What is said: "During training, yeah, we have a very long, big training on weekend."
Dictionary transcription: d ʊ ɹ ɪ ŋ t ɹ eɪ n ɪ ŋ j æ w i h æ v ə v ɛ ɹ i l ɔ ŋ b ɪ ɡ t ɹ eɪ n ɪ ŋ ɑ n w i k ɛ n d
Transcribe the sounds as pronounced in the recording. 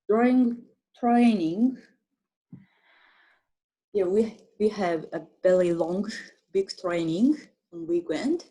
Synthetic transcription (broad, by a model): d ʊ ɹ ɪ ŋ t ɹ eɪ n ɪ ŋ j æ w i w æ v ə b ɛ l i l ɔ ŋ b ɪ ɡ t ɹ eɪ n ɪ ŋ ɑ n w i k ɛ n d